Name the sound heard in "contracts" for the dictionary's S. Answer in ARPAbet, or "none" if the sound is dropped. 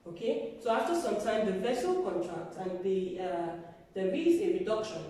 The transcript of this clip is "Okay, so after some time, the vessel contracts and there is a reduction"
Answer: none